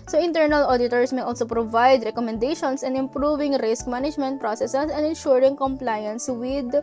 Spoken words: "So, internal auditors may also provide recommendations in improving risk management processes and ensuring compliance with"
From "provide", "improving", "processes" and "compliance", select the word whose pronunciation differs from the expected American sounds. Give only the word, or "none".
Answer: processes